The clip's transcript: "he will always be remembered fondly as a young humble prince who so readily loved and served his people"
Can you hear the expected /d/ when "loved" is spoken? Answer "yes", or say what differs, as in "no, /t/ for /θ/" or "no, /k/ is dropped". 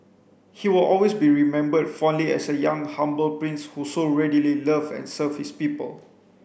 no, /d/ is dropped